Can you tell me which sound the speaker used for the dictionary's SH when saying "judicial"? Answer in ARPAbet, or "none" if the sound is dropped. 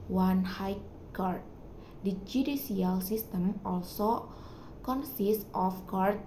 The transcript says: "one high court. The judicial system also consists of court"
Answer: S